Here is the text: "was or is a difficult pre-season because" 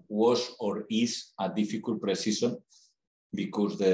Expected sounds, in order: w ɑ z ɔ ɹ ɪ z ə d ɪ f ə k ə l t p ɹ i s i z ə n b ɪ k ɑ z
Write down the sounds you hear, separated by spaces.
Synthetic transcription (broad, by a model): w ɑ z ɔ ɹ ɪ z ə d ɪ f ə k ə l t p ɹ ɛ s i s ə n b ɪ k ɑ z